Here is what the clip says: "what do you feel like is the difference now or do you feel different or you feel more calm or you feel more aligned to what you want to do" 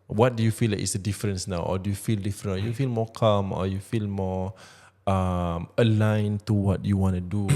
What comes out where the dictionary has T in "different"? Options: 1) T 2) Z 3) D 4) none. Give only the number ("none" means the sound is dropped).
4